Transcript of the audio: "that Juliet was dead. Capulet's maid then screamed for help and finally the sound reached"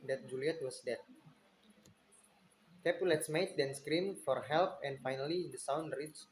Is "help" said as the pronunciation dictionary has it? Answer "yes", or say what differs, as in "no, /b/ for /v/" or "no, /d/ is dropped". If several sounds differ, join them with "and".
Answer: yes